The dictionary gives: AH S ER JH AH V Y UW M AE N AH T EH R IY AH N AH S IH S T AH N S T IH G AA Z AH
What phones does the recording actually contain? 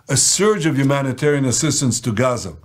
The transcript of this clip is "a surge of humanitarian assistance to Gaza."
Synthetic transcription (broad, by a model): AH S ER JH AH V Y UW M AE N AH T EH R IY AH N AH S IH S T AH N S T IH G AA Z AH